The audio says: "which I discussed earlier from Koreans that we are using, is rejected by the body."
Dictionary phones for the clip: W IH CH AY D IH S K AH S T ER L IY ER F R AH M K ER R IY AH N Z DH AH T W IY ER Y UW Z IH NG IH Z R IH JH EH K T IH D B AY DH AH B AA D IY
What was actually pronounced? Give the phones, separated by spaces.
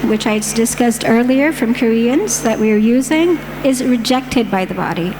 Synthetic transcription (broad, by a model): W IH CH AY D IH S K AH S T ER L IY ER F R AH M K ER R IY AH N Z DH AH T W IY ER Y UW Z IH NG IH Z R IH JH EH K T IH D B AY DH AH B AA D IY